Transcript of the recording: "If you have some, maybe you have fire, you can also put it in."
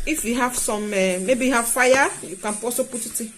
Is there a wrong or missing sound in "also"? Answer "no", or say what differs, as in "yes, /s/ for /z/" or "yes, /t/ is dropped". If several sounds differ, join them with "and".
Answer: yes, /l/ is dropped